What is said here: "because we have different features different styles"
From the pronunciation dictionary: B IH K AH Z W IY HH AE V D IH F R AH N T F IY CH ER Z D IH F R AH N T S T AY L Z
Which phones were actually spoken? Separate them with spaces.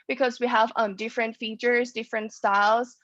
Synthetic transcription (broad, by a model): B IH K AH Z W IY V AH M D IH F R AH N T F IY CH ER Z D IH F R AH N T S T AY L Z